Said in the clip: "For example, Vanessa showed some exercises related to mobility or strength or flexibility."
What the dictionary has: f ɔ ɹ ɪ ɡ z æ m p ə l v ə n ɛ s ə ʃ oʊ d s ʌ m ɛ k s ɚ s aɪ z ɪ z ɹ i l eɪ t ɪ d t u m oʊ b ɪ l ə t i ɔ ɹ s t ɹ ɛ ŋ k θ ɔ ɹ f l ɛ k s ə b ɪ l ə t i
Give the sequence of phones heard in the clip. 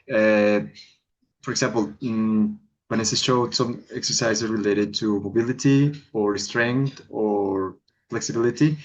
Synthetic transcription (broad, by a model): f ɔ ɹ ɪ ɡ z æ m p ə l b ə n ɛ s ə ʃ oʊ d s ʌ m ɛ k s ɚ s aɪ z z ɹ i l eɪ t ɪ d t u m oʊ b ɪ l ə t i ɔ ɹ s t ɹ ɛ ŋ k t ɔ ɹ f l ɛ k s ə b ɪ l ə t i